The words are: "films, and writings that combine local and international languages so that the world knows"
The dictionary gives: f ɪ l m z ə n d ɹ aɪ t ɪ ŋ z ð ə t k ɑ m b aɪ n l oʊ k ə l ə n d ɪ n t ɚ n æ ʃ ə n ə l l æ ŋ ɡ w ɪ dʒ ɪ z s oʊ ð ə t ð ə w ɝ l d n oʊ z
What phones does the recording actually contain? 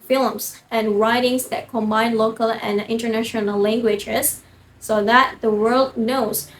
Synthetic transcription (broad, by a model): f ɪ l m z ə n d ɹ aɪ t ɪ ŋ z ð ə t k ɑ m b aɪ n l oʊ k ə l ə n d ɪ n t ɚ n æ ʃ ə n ə l l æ ŋ ɡ w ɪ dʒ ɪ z s oʊ ð ə t ð ə w ɝ l d n oʊ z